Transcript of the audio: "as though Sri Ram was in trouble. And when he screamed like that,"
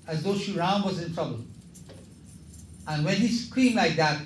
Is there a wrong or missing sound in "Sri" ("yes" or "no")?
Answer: yes